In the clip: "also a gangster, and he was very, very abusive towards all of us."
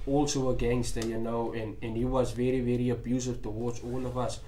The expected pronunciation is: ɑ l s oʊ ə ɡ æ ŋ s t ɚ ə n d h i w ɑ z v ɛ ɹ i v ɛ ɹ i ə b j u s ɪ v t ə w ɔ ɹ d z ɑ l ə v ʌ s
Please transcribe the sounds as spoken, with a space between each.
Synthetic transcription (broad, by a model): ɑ l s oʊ ə ɡ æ ŋ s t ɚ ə n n h i w ɑ z v ɛ ɹ i v ɛ ɹ i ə b j u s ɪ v t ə w ɔ d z ɑ l ə v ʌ s